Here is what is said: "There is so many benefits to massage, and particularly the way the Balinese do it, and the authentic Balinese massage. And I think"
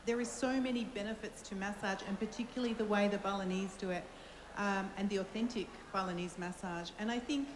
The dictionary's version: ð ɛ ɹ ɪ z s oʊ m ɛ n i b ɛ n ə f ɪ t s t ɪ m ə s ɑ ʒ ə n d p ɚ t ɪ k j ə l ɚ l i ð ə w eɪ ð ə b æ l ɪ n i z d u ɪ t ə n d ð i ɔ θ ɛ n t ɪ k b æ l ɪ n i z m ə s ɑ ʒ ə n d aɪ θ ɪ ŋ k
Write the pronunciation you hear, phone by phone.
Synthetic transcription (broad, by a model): ð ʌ ɹ ɪ z s oʊ m ɛ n i b ɛ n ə f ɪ t s t ɪ m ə s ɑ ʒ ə n p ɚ t ɪ k j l l i ð ə w eɪ ð ə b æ l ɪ n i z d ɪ ɪ t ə n ð i ɔ θ ɛ n t ɪ k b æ l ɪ n i z m ə s ɑ ʒ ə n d aɪ θ ɪ ŋ k